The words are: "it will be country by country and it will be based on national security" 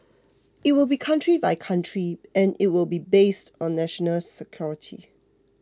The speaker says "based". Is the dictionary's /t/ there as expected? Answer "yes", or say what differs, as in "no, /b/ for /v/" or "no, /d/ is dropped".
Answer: yes